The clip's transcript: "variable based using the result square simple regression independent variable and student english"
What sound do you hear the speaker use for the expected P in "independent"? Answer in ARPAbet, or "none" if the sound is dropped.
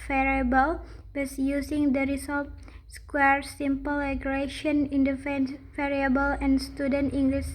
F